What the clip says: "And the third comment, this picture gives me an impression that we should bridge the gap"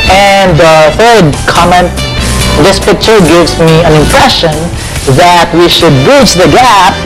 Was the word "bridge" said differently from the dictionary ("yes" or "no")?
yes